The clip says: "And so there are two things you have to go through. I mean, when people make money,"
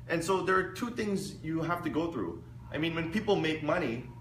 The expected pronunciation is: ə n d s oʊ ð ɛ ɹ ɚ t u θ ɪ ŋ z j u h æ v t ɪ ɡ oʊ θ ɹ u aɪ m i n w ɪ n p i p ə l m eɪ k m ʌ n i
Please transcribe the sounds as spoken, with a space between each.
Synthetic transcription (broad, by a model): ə n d s oʊ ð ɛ ɹ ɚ t u θ ɪ ŋ z j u h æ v t ɪ ɡ oʊ θ ɹ u aɪ m i n w ɪ n p i p l m eɪ k m ʌ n i